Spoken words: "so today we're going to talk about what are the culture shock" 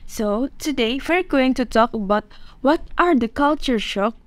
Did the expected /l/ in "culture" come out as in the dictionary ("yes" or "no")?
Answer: yes